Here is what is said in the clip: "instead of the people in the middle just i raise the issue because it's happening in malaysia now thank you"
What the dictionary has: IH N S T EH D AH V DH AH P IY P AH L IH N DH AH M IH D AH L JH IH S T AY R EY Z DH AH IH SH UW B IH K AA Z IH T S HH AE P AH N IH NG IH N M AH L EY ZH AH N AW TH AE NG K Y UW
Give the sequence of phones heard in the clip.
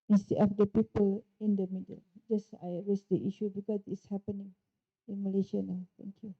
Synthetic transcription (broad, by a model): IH N S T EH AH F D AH P IY P AH L IH N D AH M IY D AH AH JH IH S AY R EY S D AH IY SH UW B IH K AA S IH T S HH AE P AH N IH NG IH N M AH L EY SH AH N AW T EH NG K Y UW